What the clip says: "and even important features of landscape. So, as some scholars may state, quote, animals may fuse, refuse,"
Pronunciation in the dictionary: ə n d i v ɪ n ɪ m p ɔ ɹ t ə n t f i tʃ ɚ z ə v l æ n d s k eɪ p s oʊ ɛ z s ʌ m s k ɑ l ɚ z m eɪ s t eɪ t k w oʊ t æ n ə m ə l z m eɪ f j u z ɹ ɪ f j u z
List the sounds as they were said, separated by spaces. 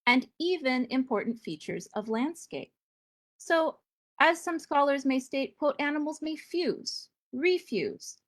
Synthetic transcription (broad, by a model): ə n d i v ɪ n ɪ m p ɔ ɹ t n t f i tʃ ɚ z ə v l æ n d s k eɪ p s oʊ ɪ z s ʌ m s k ɑ l ɚ z m eɪ s t eɪ t k w oʊ t æ n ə m l z m eɪ f j u z ɹ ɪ f j u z